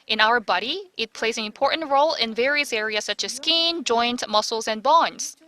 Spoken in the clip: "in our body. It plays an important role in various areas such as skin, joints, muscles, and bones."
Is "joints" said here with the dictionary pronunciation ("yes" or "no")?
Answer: no